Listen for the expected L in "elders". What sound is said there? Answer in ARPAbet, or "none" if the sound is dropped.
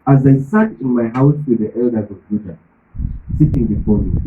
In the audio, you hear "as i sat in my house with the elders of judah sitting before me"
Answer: L